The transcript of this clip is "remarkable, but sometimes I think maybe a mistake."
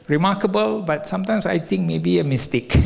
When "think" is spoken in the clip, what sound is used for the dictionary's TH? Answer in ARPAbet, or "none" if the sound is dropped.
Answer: T